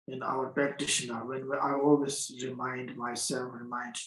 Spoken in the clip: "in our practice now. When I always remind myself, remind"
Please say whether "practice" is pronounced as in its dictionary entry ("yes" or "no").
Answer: no